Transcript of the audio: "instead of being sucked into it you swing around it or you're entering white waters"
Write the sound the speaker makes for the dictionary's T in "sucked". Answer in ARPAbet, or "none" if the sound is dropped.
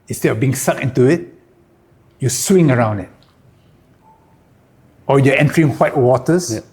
none